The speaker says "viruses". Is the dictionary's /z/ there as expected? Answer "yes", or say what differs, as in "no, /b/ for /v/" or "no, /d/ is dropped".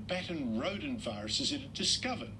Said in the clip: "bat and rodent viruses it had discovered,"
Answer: yes